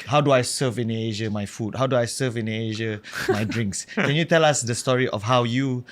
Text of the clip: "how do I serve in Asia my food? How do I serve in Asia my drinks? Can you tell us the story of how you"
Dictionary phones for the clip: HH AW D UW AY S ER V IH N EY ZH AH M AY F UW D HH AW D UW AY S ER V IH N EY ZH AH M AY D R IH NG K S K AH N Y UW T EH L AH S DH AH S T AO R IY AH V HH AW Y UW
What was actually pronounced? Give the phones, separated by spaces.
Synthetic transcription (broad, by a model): HH AW D UW AY S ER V IH N EY ZH AH M AY F UW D HH AW D UW AY S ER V IH N EY ZH AH M AY D R IH NG K S K AH N Y UW T EH L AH S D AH S T AO R IY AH F HH AW Y UW